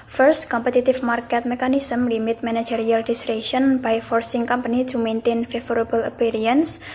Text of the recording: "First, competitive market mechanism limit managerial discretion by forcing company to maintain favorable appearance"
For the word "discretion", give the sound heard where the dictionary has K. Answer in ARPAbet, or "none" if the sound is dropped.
none